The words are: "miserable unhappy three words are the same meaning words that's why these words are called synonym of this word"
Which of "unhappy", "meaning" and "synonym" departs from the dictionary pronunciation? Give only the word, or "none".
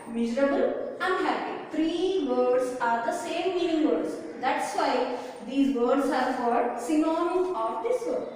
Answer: synonym